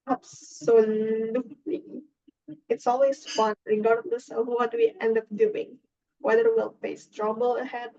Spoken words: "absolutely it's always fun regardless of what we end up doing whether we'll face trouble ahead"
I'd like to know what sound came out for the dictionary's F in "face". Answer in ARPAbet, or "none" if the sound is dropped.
P